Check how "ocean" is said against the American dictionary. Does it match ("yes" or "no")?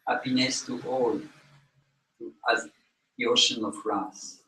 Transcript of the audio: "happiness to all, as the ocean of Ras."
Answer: yes